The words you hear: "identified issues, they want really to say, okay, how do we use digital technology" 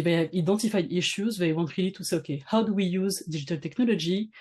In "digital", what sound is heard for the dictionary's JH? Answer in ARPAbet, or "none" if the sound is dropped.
ZH